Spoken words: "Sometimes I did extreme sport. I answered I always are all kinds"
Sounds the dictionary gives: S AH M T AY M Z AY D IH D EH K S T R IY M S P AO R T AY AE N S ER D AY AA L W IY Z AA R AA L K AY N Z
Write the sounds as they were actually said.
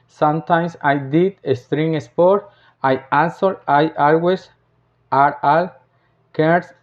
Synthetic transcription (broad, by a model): S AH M T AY M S AY D IH D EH S T R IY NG S P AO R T AY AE N S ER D AY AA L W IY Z AA R AA L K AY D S